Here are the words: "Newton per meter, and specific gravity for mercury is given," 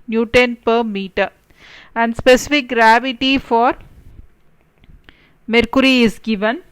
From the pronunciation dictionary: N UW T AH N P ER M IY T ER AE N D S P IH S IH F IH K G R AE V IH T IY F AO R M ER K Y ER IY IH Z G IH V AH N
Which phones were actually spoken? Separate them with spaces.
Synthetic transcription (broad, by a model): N UW T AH N P ER M IY T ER AE N D S P IH S IH F IH K G R AE V IH T IY F AO R M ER K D IY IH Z G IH V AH N